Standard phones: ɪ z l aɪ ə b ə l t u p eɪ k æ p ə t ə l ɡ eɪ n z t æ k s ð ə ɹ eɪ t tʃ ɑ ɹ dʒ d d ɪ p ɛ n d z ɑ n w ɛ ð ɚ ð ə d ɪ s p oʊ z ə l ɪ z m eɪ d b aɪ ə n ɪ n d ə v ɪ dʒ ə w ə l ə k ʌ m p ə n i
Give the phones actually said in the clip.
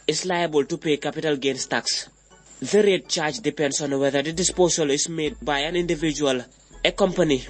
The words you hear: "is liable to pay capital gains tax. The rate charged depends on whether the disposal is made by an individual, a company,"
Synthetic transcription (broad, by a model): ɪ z l aɪ ə b ə l t u p eɪ k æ p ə t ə l ɡ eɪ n s t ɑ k s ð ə ɹ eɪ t tʃ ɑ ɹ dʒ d d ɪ p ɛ n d s ɑ n w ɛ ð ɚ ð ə d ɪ s p oʊ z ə l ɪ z m eɪ d b aɪ ə n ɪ n d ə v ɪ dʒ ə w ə l ə k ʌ m p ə n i